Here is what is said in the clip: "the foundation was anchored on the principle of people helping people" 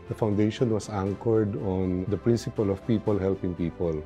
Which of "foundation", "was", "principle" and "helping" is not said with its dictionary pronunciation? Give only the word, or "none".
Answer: was